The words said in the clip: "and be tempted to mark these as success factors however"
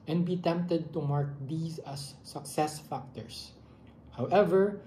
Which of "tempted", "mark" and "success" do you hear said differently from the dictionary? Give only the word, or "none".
none